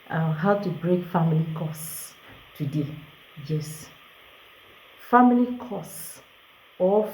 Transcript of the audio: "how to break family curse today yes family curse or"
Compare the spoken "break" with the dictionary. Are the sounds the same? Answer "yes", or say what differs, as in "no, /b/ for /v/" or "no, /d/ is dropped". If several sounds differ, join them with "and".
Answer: yes